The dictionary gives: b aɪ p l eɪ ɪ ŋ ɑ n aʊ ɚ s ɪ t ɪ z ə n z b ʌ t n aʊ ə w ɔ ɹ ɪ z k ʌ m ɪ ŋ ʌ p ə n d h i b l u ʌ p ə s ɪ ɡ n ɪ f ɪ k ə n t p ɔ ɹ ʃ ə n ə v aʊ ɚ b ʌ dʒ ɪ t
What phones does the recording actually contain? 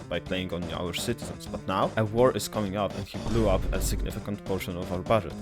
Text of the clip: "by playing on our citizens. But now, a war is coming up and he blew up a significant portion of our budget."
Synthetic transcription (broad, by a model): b aɪ p l eɪ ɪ ŋ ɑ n aʊ ɚ s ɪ t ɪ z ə n s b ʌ t n aʊ ə w ɔ ɹ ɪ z k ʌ m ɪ ŋ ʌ p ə n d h i b l u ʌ p ə s ɪ ɡ n ɪ f ɪ k ə n t p ɔ ɹ ʃ ə n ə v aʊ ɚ b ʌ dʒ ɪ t